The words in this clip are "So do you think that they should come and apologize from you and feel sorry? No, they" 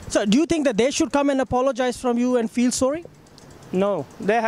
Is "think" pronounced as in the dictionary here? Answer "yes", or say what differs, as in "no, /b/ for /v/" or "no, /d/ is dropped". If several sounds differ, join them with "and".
no, /t/ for /θ/